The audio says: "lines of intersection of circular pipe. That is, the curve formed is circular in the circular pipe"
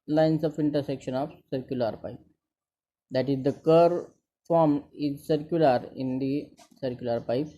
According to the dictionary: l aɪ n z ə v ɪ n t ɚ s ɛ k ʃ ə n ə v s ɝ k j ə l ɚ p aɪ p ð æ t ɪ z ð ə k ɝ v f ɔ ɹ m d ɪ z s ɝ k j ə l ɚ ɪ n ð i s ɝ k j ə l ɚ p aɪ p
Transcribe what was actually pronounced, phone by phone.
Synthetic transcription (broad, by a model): l aɪ n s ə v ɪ n t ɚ s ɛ k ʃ ə n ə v s ɝ k j ə l ɚ p aɪ p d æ t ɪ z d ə k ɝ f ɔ ɹ m ɪ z s ɝ k j ə l ɚ ɪ n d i s ɝ k j ə l ɚ p aɪ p